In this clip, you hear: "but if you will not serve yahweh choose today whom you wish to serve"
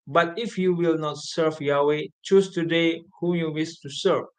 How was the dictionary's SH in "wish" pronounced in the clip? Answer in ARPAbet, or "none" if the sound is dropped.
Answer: S